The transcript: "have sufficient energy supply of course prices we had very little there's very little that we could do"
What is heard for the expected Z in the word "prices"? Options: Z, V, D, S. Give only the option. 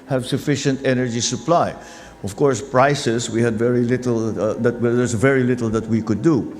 S